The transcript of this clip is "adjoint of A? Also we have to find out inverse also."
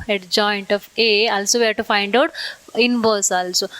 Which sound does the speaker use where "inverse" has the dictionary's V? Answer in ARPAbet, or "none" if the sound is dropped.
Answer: B